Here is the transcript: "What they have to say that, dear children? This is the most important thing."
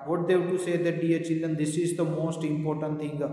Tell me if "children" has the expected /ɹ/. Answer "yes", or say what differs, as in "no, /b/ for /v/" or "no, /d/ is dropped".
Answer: no, /ɹ/ is dropped